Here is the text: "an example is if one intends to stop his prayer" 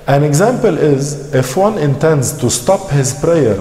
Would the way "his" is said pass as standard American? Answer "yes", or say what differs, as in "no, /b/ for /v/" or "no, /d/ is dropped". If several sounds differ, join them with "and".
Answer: yes